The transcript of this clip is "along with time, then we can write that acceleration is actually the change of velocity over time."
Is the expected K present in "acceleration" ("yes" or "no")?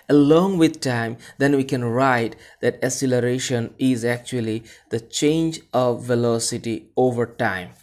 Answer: no